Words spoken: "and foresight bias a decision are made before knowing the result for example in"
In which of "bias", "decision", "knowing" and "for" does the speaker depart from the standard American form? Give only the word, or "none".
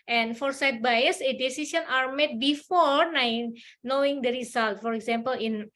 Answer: decision